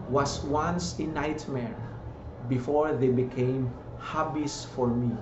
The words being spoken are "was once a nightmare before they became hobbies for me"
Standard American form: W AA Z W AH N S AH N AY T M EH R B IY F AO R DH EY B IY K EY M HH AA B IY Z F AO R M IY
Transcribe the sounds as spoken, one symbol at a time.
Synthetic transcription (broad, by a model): W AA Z W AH N S AH N AY T M EH R B IY F AO R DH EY B IY K EY M HH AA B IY S F AO R M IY